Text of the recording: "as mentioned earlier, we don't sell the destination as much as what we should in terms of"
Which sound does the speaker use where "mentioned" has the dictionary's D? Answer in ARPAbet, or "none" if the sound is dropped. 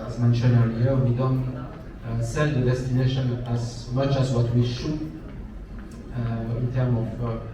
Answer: none